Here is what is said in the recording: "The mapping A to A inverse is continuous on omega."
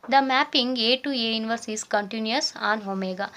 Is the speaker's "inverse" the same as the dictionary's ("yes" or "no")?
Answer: yes